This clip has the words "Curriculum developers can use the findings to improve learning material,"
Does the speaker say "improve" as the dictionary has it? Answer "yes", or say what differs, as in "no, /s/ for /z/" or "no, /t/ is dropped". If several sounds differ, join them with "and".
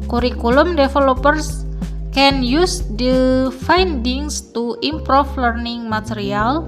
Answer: no, /f/ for /v/